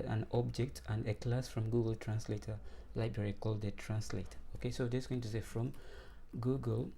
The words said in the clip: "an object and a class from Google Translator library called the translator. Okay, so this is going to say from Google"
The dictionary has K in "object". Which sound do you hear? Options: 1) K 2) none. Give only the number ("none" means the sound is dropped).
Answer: 1